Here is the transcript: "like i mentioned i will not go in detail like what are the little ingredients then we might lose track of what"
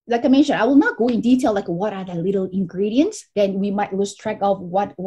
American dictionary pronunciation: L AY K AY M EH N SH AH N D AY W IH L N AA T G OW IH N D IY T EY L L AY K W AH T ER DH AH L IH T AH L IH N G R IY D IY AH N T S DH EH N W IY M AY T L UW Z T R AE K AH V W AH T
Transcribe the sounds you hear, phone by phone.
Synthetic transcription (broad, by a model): L AY K AY M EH N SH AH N AY W IH L N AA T G OW IH N D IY T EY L L AY K W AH T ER DH AH L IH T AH L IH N G R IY D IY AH N T S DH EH N W IY M AY T L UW S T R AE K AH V W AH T